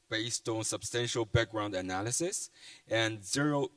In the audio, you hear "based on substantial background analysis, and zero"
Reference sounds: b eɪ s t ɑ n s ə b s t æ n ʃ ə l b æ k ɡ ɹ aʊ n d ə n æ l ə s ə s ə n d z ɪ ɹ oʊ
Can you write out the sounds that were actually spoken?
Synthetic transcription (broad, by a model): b eɪ s t ɑ n s ə b s t æ n ʃ ə l b æ k ɡ ɹ aʊ n d ə n æ l ə s ə s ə n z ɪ ɹ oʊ